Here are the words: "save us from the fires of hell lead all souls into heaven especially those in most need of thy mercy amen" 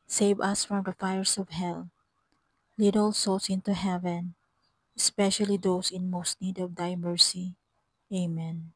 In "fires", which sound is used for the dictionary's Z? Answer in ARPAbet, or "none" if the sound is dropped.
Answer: S